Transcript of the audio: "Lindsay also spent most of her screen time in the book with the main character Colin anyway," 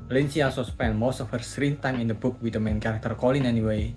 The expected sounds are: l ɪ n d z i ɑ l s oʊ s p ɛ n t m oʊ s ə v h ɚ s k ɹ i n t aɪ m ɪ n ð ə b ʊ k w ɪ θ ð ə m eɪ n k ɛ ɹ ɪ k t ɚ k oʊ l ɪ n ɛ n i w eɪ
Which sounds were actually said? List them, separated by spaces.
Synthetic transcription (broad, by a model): l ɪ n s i ɑ s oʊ s p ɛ n m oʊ s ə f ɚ s ɹ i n t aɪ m ɪ n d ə b ʊ k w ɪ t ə m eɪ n k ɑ ɹ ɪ k t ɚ k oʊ l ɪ n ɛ n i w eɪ